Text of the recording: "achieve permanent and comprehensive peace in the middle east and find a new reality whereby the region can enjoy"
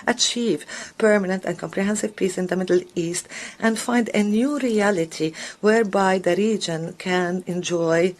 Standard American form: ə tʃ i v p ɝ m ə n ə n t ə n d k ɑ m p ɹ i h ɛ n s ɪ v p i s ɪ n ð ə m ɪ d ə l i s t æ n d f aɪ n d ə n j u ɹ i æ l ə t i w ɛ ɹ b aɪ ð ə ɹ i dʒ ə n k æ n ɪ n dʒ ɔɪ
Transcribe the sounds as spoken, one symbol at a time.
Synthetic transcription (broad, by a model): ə tʃ i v p ɝ m ə n ə n t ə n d k ɑ m p ɹ i h ɛ n s ɪ v p i s ɪ n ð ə m ɪ d ə l i s t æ n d f aɪ n d ə n j u ɹ i æ l ə t i w ɛ ɹ b aɪ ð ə ɹ i dʒ ə n k æ n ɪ n dʒ ɔɪ